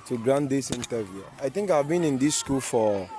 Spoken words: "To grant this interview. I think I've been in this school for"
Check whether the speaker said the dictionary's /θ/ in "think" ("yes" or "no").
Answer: no